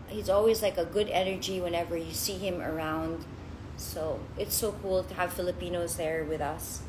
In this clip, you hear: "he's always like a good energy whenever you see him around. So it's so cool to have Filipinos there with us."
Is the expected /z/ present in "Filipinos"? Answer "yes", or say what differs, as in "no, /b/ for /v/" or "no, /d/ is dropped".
yes